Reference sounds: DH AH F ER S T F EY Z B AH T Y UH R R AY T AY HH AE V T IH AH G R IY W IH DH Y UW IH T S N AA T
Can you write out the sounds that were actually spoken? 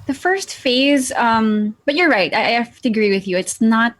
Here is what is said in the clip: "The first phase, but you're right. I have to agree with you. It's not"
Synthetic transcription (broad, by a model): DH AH F ER S T F EY Z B AH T Y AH R R AY T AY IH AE F T IH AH G R IY W IH DH Y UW IH T S N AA T